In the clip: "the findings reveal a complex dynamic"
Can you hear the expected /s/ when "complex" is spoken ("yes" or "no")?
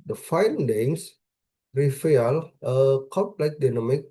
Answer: no